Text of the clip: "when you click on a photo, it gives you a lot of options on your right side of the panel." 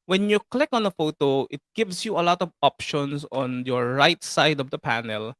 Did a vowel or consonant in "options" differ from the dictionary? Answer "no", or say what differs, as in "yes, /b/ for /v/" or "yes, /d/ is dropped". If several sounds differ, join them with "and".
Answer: yes, /s/ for /z/